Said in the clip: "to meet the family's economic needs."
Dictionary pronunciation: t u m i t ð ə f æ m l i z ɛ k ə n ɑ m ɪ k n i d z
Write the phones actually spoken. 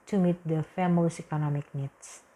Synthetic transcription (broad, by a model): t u m i t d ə f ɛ m i s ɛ k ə n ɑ m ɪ k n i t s